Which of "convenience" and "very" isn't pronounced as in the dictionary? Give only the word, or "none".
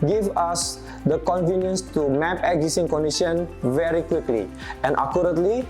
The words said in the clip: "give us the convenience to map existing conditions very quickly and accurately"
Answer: none